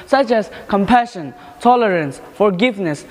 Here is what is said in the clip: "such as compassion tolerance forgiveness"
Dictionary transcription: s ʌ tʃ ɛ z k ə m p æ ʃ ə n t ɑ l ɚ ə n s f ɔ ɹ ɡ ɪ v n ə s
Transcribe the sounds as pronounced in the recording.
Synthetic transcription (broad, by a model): s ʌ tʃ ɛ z k ə m p æ ʃ ə n t ɑ l ɚ ə n s f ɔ ɹ ɡ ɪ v n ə s